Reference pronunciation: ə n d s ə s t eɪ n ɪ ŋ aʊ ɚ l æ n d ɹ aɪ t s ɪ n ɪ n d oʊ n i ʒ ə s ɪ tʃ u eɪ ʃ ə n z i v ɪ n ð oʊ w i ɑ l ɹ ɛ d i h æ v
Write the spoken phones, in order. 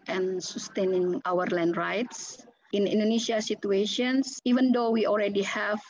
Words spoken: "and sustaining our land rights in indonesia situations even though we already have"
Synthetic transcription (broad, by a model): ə n s ə s t eɪ n ɪ ŋ aʊ ɚ l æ n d ɹ aɪ t s ɪ n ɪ n d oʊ n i ʃ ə s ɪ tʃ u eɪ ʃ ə n s i v ɪ n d oʊ w i ɑ l ɹ ɛ d i h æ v